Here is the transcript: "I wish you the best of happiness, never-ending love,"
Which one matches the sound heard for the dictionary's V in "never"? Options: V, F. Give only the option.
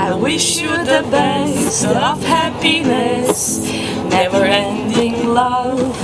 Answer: V